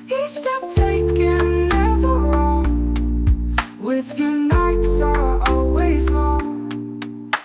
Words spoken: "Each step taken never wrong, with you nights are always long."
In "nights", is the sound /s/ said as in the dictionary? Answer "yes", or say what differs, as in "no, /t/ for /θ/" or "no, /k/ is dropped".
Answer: yes